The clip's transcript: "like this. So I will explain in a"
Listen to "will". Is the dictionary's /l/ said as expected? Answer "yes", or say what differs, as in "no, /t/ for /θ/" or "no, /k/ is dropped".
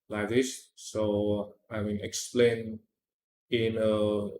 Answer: no, /n/ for /l/